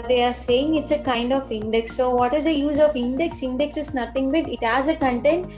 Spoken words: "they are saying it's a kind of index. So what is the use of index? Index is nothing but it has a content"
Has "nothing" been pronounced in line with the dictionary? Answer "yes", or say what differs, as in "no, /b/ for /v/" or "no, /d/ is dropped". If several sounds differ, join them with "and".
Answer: no, /t/ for /θ/